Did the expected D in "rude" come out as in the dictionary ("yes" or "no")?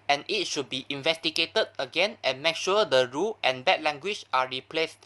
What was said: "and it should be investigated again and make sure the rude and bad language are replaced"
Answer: no